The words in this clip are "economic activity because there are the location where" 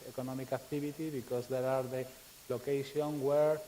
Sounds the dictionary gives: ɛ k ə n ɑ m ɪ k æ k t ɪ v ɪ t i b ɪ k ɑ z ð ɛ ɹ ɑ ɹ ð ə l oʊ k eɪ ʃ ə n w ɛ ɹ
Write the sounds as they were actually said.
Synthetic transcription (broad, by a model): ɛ k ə n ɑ m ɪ k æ k t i b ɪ t i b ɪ k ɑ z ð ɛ ɹ ɑ ɹ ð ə l oʊ k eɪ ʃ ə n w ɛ ɹ